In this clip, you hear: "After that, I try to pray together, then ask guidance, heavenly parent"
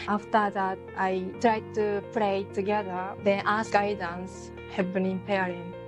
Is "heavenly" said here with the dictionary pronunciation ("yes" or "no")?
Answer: no